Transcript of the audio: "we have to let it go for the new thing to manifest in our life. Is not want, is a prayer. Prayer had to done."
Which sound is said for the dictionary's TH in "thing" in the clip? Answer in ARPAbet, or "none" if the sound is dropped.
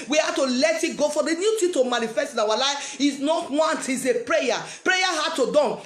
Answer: T